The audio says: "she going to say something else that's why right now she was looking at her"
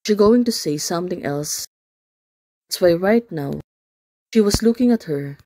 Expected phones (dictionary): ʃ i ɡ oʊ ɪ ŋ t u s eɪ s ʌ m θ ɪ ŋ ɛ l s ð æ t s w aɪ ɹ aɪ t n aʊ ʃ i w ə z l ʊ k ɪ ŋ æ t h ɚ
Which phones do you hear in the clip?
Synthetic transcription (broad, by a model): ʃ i ɡ oʊ ɪ ŋ t u s eɪ s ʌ m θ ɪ ŋ ɛ l s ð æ t s w aɪ ɹ aɪ t n aʊ ʃ i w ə s l ʊ k ɪ ŋ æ t h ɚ